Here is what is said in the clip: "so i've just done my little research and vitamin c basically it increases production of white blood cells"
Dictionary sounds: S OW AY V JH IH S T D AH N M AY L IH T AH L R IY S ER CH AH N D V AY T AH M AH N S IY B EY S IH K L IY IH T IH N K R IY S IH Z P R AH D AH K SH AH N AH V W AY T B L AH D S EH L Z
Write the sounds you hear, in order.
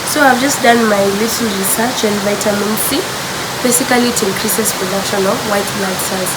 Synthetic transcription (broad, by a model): S OW AY V JH IH S T D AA N M AY L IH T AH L R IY S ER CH AH N D V AY T AH M AH N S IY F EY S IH K L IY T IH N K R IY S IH S P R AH D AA K SH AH N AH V W AY T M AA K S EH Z